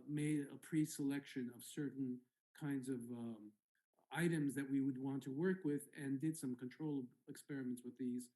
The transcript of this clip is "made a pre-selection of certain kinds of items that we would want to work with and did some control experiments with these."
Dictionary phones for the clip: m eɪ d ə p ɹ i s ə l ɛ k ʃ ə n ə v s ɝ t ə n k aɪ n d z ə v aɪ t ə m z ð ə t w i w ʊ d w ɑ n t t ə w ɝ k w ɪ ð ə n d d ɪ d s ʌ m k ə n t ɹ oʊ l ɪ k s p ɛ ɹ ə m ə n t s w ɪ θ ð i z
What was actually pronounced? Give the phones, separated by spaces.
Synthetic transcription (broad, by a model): m eɪ d ə p ɹ i s ə l ɛ k ʃ ə n ə v s ɝ t n k aɪ n d z ə v aɪ t ə m z ð ə t w i w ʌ d w ɑ n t t ə w ɝ k w ɪ ð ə n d d ɪ d s ʌ m k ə n t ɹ oʊ l ɪ k s p ɛ ɹ ə m ə n t s w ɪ ð i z